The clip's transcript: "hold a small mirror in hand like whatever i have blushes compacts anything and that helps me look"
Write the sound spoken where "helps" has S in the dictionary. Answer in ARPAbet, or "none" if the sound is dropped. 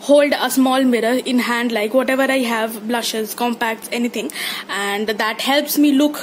S